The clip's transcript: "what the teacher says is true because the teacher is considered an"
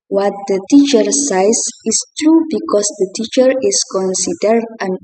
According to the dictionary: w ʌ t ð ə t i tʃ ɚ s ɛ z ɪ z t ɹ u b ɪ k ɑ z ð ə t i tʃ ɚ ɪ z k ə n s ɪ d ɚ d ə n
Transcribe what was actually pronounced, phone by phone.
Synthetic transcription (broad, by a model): w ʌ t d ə t i tʃ ɚ s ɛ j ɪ s t ɹ u b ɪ k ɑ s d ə t i tʃ ɚ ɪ s k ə n s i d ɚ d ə n